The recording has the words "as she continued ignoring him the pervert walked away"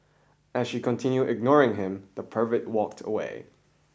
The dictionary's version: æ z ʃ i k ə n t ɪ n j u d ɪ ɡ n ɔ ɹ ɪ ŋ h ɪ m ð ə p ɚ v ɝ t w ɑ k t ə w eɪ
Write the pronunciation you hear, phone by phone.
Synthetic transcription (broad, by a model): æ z ʃ i k ə n t ɪ n j u d ɪ ɡ n ɔ ɹ ɪ ŋ h ɪ m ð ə p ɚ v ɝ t w ɑ k t ə w eɪ